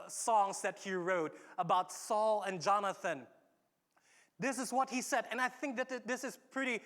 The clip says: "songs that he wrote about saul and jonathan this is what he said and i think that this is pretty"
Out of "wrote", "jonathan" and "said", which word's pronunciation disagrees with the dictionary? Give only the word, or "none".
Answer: none